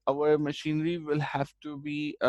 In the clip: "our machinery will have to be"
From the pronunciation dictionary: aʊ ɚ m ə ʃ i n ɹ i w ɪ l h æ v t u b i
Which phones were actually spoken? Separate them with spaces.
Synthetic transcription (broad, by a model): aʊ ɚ m ə ʃ i n ɹ i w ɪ l h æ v t u b i